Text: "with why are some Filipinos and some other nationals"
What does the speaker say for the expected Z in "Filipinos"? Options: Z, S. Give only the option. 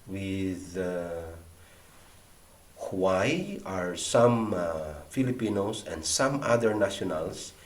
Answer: S